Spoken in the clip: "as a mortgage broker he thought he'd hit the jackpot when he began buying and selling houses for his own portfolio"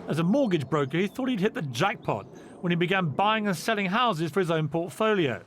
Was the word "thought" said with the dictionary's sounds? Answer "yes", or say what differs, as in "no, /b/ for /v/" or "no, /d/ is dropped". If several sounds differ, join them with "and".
yes